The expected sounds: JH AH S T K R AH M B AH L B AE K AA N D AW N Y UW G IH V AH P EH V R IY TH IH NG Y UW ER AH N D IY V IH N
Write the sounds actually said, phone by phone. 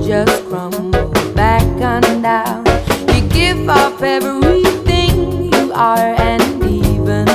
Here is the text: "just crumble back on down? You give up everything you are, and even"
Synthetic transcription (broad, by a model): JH AH S T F R AH M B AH B AE K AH N D AW N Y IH G IH V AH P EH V IY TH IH NG Y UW ER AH N IY V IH N